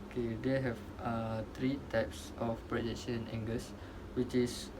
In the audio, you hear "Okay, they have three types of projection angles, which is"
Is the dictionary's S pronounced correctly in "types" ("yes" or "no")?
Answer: yes